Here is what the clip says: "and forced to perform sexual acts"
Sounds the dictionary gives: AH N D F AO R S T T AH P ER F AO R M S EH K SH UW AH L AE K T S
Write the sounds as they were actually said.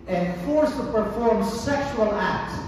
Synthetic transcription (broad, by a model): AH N F AO R S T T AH P ER F AO R M S EH K SH UW AH L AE K T S